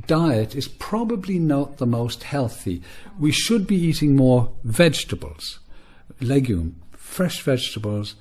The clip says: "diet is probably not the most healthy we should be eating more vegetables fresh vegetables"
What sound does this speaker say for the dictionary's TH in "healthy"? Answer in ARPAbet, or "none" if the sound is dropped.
TH